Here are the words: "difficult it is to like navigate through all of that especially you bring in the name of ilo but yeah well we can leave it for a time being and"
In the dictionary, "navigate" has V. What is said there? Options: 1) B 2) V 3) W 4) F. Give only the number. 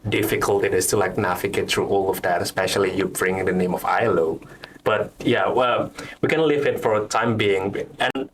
4